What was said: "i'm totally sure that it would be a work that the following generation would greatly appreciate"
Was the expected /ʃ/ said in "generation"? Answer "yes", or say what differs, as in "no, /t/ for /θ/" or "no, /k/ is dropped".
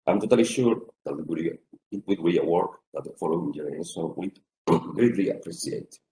no, /s/ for /ʃ/